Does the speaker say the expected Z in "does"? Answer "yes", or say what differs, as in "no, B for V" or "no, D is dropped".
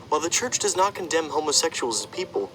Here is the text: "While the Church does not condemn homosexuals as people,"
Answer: yes